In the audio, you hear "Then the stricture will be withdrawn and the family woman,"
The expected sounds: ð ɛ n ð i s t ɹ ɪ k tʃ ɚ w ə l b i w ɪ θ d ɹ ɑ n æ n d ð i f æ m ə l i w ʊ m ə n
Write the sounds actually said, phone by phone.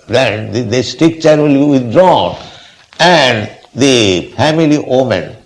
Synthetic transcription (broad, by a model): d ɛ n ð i s t ɪ k tʃ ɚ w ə l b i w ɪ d ɹ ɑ n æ n d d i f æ m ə l i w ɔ m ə n